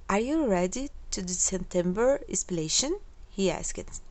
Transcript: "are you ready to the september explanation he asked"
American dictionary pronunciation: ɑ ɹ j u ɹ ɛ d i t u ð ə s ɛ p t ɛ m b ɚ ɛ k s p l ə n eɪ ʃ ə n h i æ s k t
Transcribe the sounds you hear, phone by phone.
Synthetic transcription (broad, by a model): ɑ ɹ j u ɹ ɛ d i t u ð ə s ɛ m t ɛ m b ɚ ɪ s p ə l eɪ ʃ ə n h i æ s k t